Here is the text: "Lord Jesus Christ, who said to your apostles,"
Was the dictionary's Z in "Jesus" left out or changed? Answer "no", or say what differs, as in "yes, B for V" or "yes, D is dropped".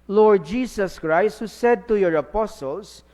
yes, S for Z